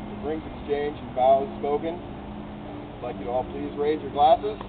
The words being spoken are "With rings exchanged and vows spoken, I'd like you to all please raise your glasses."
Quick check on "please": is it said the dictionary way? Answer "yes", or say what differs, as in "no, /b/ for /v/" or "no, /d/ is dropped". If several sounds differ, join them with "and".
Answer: yes